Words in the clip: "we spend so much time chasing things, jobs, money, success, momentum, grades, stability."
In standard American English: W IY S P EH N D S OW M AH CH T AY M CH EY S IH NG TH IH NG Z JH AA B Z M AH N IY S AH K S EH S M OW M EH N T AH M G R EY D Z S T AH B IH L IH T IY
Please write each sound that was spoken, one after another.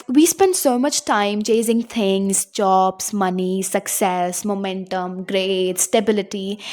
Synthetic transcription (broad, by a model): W IY S P EH N D S OW M AH CH T AY M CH EY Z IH NG T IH NG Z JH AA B S M AH N IY S AH K S EH S M OW M EH N T AH M G R EY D S T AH B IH L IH T IY